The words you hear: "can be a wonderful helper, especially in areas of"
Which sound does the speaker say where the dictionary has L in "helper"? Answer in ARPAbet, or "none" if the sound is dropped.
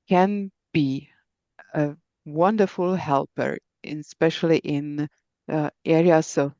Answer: L